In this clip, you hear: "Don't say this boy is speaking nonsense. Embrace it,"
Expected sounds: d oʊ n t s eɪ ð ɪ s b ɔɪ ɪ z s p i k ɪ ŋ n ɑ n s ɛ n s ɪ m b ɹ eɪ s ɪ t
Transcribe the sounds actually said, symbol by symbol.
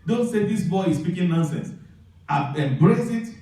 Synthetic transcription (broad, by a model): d oʊ n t s eɪ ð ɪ s b ɔɪ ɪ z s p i k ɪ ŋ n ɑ n s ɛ n s ɪ m b ɹ eɪ s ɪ t